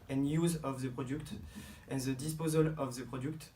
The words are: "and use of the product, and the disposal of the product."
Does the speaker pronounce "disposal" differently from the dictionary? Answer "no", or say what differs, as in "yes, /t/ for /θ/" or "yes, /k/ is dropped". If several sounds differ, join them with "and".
no